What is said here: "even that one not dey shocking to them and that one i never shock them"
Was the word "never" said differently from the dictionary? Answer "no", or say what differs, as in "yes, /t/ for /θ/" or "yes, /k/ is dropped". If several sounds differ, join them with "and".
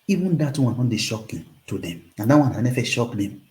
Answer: yes, /f/ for /v/